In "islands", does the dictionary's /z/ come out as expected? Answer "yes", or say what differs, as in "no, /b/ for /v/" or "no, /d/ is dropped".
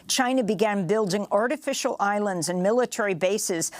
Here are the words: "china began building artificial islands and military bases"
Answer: yes